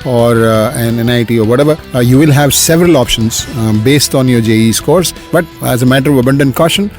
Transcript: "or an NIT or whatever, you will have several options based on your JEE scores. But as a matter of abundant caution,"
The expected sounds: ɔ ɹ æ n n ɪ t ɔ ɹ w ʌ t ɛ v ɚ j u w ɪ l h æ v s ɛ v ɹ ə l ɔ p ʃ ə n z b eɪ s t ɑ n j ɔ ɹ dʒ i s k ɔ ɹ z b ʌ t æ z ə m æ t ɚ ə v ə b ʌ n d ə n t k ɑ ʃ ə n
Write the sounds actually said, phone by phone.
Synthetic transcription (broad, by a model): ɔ ɹ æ n n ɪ t ɔ ɹ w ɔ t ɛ v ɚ j u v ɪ l h æ v s ɛ v ɹ ə l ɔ p ʃ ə n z b eɪ s t ɑ n j ɔ ɹ dʒ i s k ɔ ɹ s b ʌ t æ z ə m æ t ɚ ə v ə b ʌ n d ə n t k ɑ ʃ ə n